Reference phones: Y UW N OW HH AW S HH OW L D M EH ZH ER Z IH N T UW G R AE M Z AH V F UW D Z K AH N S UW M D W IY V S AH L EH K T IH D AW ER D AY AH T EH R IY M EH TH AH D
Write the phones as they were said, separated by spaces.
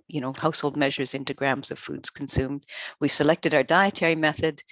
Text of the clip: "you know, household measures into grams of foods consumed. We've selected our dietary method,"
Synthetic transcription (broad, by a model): Y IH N OW HH AW S HH OW L D M EH ZH ER Z IH N T UW G R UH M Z AH V F UW D Z K N S UW M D W IY V S AH L EH K T IH D AW ER D AY AH T EH R IY M EH TH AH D